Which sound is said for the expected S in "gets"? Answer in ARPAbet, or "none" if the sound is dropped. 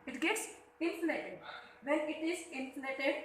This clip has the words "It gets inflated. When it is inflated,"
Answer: S